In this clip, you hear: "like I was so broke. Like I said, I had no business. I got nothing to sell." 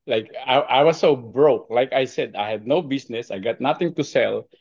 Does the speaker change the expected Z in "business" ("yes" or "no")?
yes